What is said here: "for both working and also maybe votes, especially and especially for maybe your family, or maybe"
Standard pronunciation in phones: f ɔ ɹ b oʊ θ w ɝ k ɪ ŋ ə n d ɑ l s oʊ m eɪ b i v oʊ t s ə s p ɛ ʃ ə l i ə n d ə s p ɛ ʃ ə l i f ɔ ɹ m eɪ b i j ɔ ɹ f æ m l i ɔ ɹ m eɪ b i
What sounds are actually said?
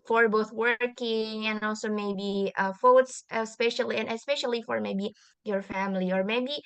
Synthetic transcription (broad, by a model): f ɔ ɹ b oʊ θ w ɝ k ɪ ŋ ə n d ɑ l s oʊ m eɪ b i f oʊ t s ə s p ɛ ʃ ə l i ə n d ə s p ɛ ʃ ə l i f ɔ ɹ m eɪ b i j ɔ ɹ f æ m l i ɔ ɹ m eɪ b i